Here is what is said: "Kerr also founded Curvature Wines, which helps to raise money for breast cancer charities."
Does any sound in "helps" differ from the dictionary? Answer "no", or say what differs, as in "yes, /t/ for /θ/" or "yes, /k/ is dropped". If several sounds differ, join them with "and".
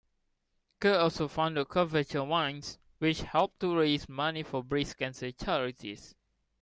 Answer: yes, /s/ is dropped